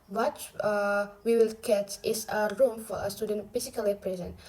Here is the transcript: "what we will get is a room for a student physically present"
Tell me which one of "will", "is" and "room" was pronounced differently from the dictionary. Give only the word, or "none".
is